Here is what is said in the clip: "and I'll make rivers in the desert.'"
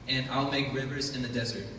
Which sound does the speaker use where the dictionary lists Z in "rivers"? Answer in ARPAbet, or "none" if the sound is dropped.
Z